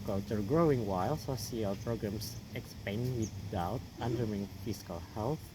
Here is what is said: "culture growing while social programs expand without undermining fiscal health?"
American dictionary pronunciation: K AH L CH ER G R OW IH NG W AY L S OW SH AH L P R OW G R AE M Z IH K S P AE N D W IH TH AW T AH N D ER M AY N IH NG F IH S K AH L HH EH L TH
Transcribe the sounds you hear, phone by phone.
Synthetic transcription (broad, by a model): K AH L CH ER G R OW IH NG W AY L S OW S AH L P R OW G R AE M S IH K S P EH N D W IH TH AW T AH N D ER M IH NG F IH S K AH L HH EH L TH